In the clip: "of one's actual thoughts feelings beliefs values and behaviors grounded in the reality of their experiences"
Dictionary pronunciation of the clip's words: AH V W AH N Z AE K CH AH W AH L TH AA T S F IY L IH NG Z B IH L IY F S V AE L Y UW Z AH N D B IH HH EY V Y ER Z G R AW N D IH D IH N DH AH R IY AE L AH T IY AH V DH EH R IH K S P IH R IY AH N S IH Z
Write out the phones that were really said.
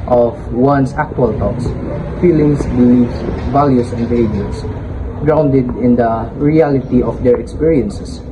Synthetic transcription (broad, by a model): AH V W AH N S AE K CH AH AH L T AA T S F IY L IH NG S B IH L IY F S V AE L Y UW S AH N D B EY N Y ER S G R AW N D IH D IH N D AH R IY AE L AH T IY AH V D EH R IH K S P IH R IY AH N S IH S